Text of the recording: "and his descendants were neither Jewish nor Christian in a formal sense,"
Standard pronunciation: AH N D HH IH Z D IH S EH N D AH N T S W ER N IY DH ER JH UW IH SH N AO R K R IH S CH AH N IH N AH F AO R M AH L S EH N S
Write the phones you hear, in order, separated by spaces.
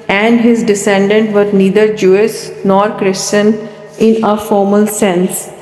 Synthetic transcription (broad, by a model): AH N D HH IH Z D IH S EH N D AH N T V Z N IY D ER JH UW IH S N AO R K R IH S CH AH N IH N AH F AO R M AH L S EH N S